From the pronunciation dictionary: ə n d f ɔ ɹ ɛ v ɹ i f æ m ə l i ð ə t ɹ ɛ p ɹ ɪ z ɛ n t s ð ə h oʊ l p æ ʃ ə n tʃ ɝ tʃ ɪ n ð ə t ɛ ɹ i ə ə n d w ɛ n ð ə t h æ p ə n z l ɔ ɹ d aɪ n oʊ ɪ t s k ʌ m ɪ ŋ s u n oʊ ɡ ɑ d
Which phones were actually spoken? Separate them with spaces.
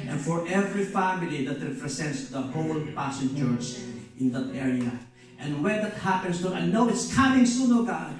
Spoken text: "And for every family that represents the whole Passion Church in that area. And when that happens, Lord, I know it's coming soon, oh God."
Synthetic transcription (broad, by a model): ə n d f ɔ ɹ ɛ v ɹ i f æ m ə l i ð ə t ɹ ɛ p ɹ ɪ s ɛ n t s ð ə h oʊ l p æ s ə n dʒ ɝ s ɪ n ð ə t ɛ ɹ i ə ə n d w ɛ n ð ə t h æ p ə n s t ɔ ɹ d aɪ n oʊ ɪ t s k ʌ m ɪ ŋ s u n oʊ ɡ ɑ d